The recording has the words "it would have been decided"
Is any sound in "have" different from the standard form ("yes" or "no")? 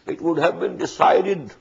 no